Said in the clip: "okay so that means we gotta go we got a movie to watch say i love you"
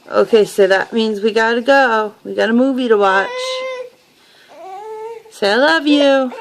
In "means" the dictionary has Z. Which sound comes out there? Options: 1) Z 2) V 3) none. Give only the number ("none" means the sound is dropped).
1